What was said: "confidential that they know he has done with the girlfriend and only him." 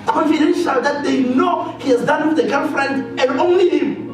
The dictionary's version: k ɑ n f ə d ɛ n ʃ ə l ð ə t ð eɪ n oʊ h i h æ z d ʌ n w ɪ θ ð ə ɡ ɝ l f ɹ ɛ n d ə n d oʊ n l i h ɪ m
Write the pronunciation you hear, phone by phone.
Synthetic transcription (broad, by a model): k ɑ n f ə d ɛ n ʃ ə l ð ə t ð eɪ n oʊ h i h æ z d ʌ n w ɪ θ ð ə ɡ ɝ n f ɹ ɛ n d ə n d oʊ n l i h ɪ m